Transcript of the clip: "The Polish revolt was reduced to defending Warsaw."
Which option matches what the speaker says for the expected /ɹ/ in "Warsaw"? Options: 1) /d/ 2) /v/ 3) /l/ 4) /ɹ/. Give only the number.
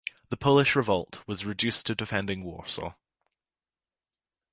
4